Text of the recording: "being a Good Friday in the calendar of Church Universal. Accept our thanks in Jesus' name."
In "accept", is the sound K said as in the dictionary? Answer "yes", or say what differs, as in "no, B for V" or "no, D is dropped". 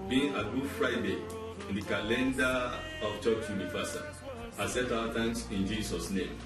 no, K is dropped